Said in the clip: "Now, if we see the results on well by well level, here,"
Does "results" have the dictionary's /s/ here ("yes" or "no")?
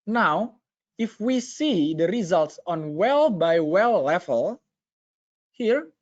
yes